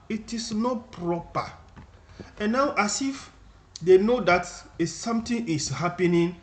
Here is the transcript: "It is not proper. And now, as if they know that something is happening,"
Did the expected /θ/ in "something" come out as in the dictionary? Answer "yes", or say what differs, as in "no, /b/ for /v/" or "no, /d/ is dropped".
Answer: no, /t/ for /θ/